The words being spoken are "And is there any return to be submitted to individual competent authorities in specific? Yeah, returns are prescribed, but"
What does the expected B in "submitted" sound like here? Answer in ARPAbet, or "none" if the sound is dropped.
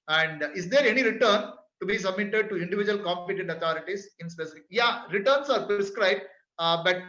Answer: B